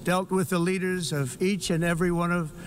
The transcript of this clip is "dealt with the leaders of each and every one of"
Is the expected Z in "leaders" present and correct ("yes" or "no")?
yes